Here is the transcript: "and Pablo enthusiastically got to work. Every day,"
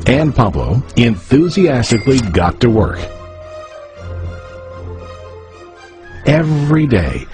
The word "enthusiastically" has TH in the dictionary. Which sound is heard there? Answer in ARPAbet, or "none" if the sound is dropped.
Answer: TH